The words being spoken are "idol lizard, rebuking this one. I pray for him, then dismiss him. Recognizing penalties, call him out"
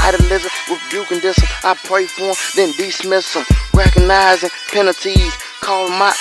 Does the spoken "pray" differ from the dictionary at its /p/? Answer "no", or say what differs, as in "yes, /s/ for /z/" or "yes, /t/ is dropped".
no